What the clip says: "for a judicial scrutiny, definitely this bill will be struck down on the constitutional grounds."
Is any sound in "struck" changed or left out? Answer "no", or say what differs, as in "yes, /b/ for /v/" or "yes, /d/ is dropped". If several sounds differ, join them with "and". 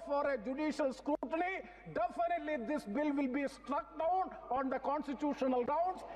no